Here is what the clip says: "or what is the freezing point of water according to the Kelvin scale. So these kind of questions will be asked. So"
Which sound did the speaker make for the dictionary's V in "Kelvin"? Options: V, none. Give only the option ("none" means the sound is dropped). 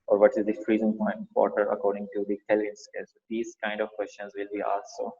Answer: none